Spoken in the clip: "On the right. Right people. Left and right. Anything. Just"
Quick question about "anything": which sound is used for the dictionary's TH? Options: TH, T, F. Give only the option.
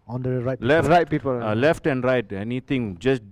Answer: T